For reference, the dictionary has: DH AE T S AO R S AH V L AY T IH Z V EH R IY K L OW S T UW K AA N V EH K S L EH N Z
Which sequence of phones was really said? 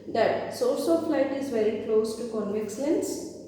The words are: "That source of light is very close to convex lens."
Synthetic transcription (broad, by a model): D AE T S AO L S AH F L AY T IH Z V EH R IY K L OW S T UW K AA N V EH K S L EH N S